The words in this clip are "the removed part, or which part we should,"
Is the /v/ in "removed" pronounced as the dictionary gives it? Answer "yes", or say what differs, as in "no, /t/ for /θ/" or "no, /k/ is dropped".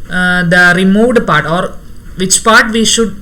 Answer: yes